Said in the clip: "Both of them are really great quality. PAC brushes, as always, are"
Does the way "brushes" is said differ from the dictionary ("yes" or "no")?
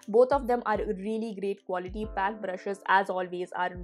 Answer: no